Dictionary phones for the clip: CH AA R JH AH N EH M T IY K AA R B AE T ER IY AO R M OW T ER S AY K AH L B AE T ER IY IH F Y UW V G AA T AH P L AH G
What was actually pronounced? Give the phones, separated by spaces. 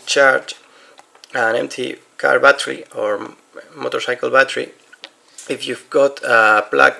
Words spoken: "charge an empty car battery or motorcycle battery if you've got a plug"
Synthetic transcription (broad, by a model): CH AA R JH AH N EH M T IY K AA R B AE T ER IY AO R M OW T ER S AY K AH L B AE T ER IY IH F Y UW V G AA T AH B L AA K